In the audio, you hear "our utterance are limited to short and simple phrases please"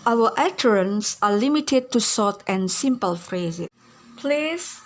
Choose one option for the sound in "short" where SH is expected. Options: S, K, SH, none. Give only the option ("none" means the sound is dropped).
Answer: S